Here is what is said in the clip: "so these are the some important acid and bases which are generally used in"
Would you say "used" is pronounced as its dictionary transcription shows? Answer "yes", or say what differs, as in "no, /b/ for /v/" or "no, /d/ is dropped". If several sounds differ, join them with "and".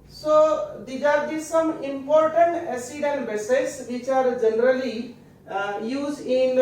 no, /d/ is dropped